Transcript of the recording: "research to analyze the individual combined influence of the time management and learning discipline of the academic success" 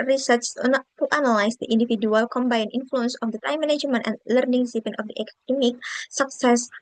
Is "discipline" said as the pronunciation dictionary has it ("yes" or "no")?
no